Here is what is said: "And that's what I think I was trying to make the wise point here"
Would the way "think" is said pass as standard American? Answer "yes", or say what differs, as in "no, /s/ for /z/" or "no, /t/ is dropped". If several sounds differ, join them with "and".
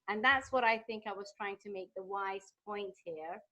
yes